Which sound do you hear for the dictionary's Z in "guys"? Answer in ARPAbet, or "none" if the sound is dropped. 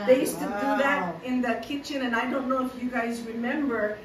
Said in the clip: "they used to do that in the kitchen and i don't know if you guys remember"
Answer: Z